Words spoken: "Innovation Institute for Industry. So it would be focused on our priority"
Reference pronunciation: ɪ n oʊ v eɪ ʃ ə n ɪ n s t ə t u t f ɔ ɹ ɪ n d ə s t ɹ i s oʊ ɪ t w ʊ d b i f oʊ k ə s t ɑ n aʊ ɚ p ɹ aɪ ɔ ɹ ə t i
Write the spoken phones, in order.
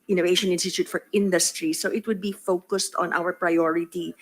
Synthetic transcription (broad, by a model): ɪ n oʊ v eɪ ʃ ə n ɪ n s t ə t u t f ɔ ɹ ɪ n d ə s t ɹ i s oʊ ɪ t w ʊ d b i f oʊ k ə s t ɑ n aʊ ɚ p ɹ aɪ ɔ ɹ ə t i